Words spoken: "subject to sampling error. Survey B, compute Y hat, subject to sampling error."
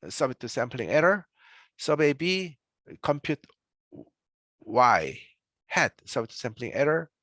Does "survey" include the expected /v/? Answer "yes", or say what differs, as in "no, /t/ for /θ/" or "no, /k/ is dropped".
no, /b/ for /v/